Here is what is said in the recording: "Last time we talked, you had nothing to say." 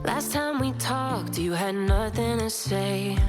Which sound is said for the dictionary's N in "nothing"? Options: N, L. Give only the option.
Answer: N